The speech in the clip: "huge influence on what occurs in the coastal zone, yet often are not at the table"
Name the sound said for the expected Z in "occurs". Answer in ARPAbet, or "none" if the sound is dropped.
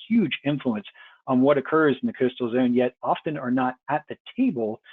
Z